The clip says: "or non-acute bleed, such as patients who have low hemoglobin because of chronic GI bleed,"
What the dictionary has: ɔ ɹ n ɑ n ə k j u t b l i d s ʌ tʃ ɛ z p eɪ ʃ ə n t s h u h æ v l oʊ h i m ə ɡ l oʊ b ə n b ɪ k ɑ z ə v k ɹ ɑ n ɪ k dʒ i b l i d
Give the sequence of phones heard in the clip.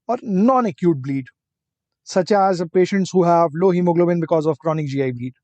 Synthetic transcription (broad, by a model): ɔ ɹ n ɑ n ə k j u t b l i d s ʌ tʃ ɛ z p eɪ ʃ ə n t s h u h æ v l oʊ h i m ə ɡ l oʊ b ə n b ɪ k ɑ z ə v k ɹ ɑ n ɪ k dʒ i b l i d